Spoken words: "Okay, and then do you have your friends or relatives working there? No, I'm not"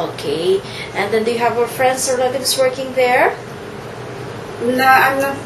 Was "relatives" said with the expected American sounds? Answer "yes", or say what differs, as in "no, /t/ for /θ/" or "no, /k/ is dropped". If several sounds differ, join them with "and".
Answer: no, /s/ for /z/